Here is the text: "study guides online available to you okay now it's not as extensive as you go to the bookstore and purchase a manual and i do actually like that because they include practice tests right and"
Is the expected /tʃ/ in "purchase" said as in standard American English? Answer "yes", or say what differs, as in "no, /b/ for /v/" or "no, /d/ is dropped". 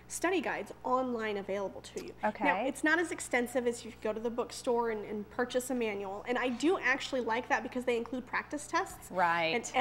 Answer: yes